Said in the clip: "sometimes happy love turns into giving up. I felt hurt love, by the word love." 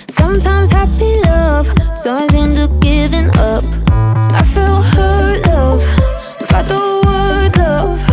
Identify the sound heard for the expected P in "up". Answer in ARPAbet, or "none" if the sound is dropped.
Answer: P